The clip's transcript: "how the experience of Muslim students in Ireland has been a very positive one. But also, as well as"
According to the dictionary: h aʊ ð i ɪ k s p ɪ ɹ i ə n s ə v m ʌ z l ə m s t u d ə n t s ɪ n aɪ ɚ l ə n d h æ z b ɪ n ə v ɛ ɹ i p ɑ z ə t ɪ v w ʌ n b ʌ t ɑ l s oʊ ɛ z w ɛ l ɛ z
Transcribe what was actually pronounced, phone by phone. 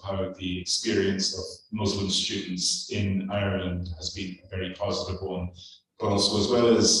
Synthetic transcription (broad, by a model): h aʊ ð i ɪ k s p ɪ ɹ i ə n s ə v m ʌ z l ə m s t u d n t s ɪ n aɪ ɚ l ə n d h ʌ z b ɪ n ə v ɛ ɹ i p ɑ z ə t ɪ v w ʌ n b ʌ t ɑ l s oʊ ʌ z w ɛ l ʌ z